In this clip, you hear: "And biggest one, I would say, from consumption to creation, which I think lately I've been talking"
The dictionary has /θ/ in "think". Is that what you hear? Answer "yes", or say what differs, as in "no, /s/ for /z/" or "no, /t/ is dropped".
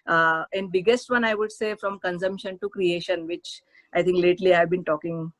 no, /t/ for /θ/